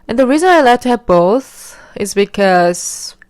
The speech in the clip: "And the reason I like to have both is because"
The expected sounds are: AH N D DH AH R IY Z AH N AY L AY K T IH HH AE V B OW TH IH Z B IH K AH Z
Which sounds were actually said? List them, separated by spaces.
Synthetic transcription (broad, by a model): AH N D DH AH R IY Z AH N AY L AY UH T IH HH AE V B OW TH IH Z B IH K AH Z